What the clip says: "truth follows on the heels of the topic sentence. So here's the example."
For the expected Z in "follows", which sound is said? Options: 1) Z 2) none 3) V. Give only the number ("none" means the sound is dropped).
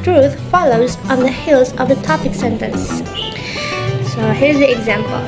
1